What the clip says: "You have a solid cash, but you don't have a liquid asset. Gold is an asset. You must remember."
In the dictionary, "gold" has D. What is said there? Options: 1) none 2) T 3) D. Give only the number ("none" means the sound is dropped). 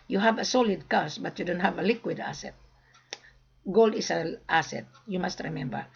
3